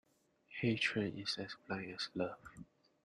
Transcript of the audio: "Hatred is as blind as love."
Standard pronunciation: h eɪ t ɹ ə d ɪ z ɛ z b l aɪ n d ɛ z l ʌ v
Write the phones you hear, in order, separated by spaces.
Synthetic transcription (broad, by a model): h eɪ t ɹ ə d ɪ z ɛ s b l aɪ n ɛ s l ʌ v